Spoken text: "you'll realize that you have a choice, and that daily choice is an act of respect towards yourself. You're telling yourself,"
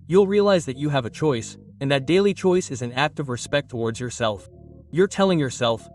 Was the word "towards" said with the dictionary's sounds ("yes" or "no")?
yes